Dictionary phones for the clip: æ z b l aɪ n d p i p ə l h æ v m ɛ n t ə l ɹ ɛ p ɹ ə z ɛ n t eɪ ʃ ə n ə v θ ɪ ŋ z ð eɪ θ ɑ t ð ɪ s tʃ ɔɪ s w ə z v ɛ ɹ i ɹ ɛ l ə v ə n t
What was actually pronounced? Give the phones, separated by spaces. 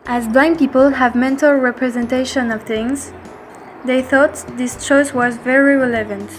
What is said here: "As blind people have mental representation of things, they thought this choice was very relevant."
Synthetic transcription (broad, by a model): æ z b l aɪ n p i p ə l h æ v m ɛ n t ə l ɹ ɛ p ɹ ə z ɛ n t eɪ ʃ ə n ə v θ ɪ ŋ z ð eɪ θ ɑ t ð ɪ s tʃ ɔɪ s w ə z v ɛ ɹ i ɹ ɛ l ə v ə n t